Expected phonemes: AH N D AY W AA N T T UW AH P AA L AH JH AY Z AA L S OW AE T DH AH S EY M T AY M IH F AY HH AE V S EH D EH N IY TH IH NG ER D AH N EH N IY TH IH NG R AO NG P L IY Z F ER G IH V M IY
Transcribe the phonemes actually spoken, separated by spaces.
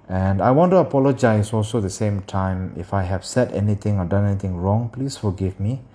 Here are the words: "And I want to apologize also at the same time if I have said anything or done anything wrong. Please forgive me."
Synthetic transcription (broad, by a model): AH N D AY W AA N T T UW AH P AA L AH JH AY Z AA L S OW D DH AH S EY M T AY M IH F AY HH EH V S EH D EH N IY T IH NG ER D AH N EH N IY T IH NG R AO NG P L IY S F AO G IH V M IY